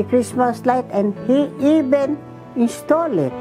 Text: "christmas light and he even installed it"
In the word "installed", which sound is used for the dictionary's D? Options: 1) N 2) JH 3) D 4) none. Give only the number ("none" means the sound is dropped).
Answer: 4